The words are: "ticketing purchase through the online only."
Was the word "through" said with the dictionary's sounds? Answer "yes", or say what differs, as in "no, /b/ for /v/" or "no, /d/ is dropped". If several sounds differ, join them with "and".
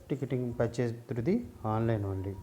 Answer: no, /t/ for /θ/